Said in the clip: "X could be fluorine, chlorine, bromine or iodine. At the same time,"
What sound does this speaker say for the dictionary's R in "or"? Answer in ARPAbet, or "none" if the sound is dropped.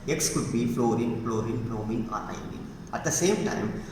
L